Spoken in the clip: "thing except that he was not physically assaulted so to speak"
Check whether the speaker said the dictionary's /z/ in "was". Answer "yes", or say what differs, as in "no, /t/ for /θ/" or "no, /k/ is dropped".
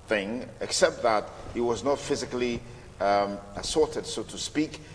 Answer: yes